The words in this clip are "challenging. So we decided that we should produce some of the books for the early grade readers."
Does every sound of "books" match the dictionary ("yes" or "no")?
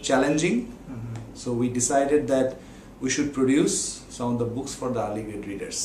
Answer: yes